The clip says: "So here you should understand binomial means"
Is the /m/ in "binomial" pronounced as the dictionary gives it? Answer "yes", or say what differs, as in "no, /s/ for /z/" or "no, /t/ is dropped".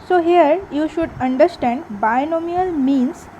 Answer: yes